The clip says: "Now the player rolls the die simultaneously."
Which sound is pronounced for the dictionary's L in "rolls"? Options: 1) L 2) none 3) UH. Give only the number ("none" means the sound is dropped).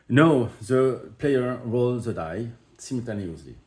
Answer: 1